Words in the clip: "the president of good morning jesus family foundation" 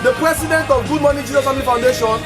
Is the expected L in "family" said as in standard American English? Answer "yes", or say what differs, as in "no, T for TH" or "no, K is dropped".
no, L is dropped